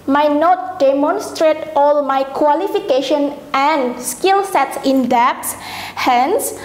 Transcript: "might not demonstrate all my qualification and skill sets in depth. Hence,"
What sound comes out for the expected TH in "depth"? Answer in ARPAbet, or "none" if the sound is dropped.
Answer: S